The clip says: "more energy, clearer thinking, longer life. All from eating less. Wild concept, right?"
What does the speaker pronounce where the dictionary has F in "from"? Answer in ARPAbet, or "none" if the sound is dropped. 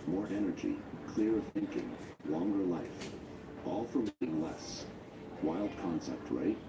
F